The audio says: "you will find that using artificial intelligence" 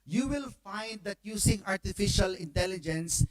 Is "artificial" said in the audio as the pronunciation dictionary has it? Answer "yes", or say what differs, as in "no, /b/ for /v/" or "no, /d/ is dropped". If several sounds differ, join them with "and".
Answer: yes